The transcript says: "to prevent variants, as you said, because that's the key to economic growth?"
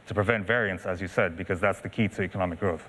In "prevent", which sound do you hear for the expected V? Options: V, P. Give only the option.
V